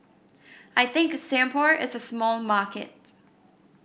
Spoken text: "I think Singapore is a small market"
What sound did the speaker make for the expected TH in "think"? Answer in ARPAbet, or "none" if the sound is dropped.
TH